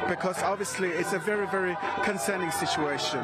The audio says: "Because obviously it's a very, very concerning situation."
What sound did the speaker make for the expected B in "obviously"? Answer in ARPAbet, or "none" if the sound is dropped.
B